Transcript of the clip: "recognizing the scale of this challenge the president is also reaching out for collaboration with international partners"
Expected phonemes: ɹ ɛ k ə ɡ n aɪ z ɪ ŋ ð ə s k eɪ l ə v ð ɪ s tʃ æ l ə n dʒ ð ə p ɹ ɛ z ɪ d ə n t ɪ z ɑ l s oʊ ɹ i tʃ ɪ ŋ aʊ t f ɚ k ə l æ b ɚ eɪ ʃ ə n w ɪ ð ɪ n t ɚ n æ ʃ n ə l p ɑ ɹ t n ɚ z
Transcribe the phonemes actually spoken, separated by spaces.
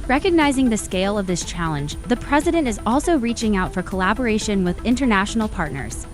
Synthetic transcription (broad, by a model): ɹ ɛ k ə ɡ n aɪ z ɪ ŋ ð ə s k eɪ l ə v ð ɪ s tʃ æ l ə n dʒ ð ə p ɹ ɛ z ɪ d ə n t ɪ z ɑ l s oʊ ɹ i tʃ ɪ ŋ aʊ t f ɚ k ə l æ b ɚ eɪ ʃ ə n w ɪ ð ɪ n t ɚ n æ ʃ n l p ɑ ɹ t n ɚ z